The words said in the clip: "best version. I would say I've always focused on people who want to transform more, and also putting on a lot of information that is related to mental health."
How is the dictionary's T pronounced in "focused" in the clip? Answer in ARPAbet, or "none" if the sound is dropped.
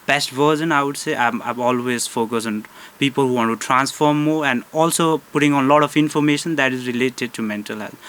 none